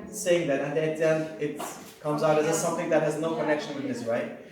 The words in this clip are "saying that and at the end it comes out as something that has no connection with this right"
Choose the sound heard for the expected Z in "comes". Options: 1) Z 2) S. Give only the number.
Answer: 1